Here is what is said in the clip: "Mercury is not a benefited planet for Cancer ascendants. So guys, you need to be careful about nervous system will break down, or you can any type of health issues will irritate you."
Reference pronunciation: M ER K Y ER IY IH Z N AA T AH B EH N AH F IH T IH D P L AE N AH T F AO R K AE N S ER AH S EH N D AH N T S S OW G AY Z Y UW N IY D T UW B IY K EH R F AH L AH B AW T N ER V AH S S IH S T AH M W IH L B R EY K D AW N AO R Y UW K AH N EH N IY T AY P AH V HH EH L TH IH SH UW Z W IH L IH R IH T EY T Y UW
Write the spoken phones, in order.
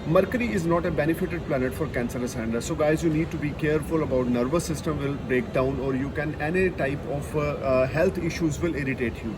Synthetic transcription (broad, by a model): M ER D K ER IY IH Z N AA T AH B EH N AH F IH T IH D P L AE N AH T F AO R K AE N S ER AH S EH N D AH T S S OW G AY Z Y UW N IY D T UW B IY K EH R F AH L AH B AW T N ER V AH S S IH S T AH M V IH L B R EY K D AW N AO R Y UW K AH N EH N IY T AY P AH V HH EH L T IH SH UW Z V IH L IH R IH T EY T Y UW